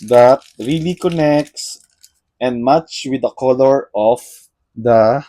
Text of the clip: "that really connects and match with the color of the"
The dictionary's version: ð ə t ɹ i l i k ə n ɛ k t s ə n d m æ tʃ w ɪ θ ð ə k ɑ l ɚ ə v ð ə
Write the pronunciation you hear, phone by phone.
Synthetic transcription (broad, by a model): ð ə t ɹ i l i k ə n ɛ k t s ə n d m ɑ tʃ w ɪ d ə k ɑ l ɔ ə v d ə